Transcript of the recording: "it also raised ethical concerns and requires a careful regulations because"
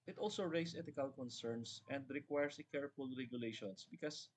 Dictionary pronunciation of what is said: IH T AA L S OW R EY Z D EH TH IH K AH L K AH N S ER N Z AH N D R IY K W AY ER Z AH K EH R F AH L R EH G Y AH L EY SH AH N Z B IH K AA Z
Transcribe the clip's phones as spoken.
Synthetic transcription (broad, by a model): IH T AA L S OW R EY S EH T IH K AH L K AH N S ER N S AH N D R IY K W AY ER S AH K EH R F AH L R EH G Y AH L EY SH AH N S B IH K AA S